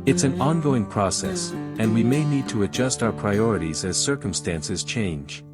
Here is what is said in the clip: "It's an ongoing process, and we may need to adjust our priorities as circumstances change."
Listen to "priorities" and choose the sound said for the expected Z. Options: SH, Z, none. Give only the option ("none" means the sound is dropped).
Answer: Z